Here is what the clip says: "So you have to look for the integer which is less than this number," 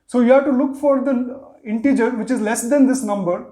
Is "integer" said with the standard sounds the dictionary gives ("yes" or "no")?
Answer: yes